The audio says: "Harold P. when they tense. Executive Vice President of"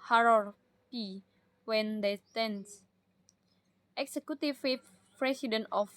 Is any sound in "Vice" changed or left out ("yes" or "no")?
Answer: yes